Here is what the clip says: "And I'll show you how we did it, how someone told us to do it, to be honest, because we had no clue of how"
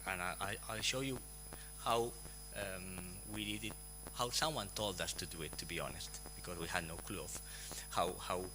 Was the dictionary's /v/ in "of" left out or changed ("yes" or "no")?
yes